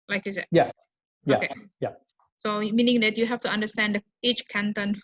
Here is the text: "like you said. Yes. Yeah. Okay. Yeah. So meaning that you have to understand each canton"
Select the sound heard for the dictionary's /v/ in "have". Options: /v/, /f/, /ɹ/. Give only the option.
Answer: /f/